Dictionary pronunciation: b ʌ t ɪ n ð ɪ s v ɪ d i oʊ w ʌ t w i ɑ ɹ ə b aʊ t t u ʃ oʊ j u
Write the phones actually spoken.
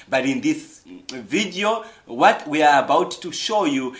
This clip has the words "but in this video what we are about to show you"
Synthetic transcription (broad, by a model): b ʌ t ɪ n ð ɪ s v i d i oʊ w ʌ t w i ɑ ɹ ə b aʊ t t u ʃ oʊ j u